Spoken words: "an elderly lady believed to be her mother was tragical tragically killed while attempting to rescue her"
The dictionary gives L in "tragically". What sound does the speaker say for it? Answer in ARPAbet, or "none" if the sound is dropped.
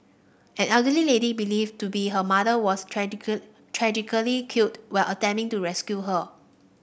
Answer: none